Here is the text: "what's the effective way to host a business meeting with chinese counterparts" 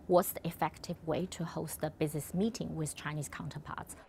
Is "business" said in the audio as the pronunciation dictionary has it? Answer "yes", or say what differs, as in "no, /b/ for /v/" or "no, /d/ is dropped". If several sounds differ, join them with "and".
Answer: yes